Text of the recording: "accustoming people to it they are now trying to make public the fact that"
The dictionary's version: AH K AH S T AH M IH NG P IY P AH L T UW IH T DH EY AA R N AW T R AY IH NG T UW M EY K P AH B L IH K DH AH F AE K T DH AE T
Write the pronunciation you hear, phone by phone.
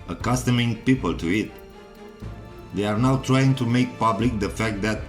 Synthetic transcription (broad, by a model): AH K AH S T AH M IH NG P IY P AH L T UW IH T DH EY AA R N AW T R AY IH NG T UW M EY K P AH B L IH K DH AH F AE K T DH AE T